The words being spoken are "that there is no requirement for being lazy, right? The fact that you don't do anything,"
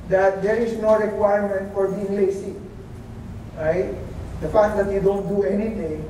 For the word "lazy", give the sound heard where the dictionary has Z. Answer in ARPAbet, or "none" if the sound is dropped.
S